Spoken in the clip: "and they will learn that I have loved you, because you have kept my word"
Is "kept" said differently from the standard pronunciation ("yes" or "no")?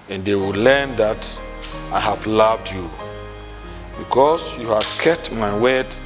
yes